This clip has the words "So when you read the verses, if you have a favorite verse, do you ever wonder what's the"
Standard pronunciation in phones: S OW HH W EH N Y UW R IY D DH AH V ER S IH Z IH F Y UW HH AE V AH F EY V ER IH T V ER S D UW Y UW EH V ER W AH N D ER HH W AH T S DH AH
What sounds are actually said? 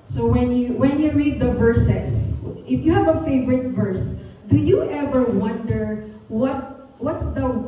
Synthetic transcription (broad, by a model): S OW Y W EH N Y UW R IY D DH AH V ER S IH S IH F Y UW HH AE V AH F EY V ER IH T V ER S D UW Y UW EH V ER W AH N D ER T W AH T S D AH